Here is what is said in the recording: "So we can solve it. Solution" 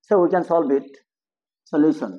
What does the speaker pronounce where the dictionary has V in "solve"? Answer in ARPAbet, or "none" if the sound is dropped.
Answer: B